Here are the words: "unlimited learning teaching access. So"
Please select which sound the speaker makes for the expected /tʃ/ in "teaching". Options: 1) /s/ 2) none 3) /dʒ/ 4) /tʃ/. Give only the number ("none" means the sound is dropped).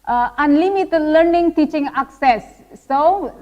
4